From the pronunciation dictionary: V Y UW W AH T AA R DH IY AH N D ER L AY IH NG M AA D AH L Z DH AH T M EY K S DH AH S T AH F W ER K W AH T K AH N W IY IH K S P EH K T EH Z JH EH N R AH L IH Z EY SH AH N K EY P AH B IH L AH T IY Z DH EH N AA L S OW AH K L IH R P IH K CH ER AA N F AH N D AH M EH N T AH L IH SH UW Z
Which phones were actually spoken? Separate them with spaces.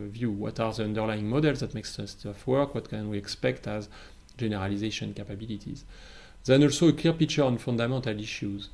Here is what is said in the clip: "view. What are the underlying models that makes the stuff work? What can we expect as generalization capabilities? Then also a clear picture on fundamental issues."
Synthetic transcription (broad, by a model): V Y UW W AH T AA R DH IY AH N D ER L AY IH NG M AA D AH L Z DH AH T M EY K S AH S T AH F W ER K W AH T K AH N W IY IH K S P EH K T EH Z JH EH N R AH L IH Z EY SH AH N K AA P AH B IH L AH T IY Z DH EH N AA L S OW AH K L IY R P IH K CH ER AA N F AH N D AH M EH N T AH L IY SH UW Z